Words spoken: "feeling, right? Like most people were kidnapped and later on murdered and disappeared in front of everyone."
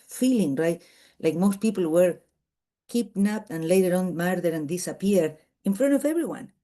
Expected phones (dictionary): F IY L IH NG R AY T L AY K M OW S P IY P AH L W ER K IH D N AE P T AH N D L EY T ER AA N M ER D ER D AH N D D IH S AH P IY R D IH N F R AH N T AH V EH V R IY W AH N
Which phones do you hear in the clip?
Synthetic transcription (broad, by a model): F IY L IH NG R AY T L AY K M OW S P IY P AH L W ER K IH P N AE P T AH N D L EY T ER AA N M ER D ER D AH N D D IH S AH P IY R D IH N F R AH N T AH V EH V R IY W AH N